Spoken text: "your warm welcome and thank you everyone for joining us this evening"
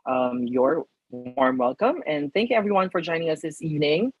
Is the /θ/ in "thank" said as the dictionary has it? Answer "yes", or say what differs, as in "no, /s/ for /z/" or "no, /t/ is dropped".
yes